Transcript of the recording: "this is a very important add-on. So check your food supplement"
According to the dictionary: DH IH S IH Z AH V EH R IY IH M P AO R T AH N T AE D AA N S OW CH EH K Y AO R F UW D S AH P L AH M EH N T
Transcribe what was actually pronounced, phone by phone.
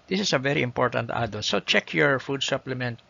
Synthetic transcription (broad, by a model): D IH S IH S AH V EH R IY IH M P AO R T AH N T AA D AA L S OW CH EH K Y AO R F UW D S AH P L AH M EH N T